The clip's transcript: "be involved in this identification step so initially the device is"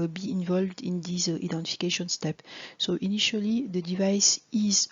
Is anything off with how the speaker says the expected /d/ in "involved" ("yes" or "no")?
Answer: no